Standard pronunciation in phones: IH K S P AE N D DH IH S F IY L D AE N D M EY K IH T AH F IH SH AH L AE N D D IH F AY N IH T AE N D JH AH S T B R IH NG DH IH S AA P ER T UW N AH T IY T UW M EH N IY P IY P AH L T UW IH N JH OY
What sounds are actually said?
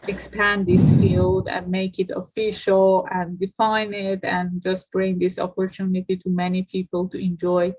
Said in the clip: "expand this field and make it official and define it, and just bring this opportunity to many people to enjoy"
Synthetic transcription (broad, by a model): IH K S P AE N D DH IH S F IY L D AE N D M EY K IH T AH F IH SH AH L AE N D D IH F AY N IH T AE N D JH AH S T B R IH NG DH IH S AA P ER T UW N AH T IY T UW M EH N IY P IY P AH L T UW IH N JH OY